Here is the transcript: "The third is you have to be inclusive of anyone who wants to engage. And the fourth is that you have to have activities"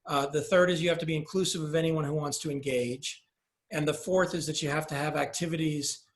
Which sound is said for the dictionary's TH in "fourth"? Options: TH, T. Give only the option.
TH